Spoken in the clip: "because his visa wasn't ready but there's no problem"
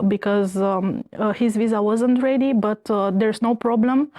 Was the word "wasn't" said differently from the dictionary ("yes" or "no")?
no